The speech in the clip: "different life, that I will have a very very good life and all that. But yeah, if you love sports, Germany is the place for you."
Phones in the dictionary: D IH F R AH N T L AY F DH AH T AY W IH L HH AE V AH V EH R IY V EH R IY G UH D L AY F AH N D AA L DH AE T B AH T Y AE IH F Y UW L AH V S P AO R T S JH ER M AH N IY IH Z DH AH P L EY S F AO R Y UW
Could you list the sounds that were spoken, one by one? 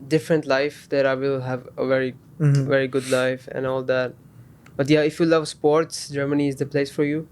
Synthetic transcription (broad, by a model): D IH F R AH N T L AY F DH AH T AY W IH L HH AE V AH V EH R IY V EH R IY G UH D L AY F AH N AA L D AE T B AH T Y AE IH F Y UW L AH V S P AO R T S JH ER M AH N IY IH Z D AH P L EY S F AO R Y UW